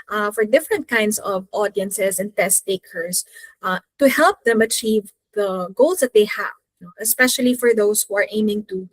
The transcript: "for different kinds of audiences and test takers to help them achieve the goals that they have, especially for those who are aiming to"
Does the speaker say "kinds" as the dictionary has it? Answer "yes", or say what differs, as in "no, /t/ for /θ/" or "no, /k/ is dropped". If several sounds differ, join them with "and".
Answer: no, /s/ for /z/